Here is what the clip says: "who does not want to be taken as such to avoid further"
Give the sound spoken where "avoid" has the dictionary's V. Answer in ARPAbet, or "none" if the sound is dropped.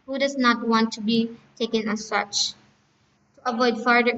V